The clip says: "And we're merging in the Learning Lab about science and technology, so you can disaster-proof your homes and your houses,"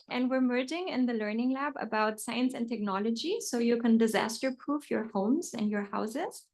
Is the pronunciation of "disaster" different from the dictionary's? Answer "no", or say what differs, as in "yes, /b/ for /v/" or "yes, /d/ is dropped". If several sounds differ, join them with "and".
no